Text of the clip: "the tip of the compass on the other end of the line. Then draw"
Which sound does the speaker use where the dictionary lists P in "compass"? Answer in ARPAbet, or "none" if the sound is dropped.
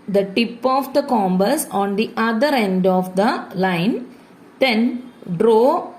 B